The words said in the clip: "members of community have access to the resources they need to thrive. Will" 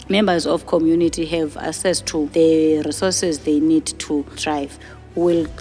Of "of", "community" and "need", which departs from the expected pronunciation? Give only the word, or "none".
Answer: of